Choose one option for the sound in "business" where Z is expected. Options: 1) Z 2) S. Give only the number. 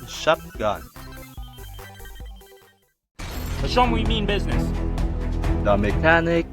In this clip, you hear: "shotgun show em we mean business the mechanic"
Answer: 1